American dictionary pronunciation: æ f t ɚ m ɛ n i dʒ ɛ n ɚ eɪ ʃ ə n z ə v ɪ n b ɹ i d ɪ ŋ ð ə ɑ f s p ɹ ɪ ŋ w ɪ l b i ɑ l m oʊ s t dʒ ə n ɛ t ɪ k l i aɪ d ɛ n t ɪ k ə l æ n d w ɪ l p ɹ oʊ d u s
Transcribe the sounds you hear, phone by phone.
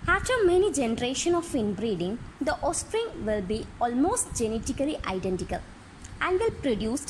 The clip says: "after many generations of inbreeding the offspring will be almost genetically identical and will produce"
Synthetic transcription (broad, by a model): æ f t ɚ m ɛ n i dʒ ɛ n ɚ eɪ ʃ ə n ə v ɪ n b ɹ i d ɪ ŋ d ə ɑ s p ɹ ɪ ŋ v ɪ l b i ɑ l m oʊ s t dʒ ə n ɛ t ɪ k l i aɪ d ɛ n t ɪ k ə l æ n d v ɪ l p ɹ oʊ d u s